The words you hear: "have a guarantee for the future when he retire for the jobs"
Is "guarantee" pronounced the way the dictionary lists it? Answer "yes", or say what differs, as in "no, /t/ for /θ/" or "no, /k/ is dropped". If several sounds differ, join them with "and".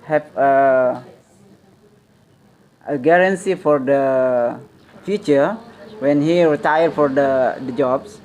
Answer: no, /s/ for /t/